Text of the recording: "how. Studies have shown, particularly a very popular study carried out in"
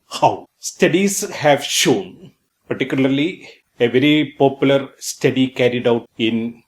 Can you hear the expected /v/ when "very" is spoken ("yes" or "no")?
yes